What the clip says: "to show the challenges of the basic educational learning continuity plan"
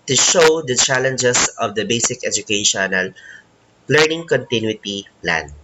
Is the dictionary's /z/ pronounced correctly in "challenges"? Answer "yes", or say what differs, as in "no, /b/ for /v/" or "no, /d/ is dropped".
no, /s/ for /z/